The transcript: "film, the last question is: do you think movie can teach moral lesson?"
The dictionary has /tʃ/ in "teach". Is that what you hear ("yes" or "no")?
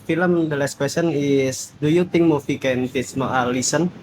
no